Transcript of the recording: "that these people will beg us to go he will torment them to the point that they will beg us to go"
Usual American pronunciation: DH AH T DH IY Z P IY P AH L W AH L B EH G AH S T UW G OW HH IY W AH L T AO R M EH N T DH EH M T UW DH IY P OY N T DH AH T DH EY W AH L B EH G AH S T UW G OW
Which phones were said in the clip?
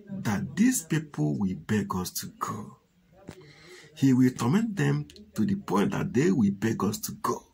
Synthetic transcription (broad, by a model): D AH T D IY S P IY P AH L W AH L B EH G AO S T UW G OW HH IY W AH L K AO M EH N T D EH M T UW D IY P OY N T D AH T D EY W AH B EH G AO S T UW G OW